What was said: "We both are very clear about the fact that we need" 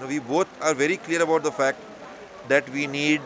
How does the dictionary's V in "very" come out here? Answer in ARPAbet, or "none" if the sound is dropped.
V